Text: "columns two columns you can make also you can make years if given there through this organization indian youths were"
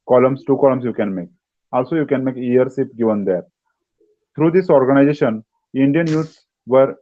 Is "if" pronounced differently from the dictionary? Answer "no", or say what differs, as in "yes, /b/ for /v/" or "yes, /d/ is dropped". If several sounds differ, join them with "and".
yes, /p/ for /f/